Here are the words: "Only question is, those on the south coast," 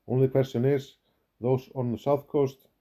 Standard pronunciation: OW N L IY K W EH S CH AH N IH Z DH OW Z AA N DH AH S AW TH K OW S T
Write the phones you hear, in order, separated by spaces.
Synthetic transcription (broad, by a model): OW N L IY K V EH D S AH N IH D DH OW S AA N DH AH S AW TH K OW S T